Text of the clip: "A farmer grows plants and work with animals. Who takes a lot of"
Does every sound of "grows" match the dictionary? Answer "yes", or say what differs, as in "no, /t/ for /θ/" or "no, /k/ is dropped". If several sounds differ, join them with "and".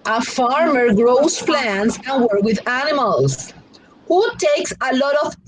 no, /s/ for /z/